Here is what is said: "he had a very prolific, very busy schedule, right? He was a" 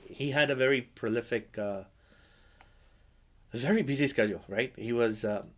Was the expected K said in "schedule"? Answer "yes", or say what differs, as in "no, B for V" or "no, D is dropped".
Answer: yes